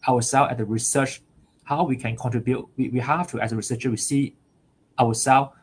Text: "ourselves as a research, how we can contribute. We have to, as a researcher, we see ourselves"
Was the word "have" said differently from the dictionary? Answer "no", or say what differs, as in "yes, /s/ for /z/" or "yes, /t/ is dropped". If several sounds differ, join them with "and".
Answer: yes, /f/ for /v/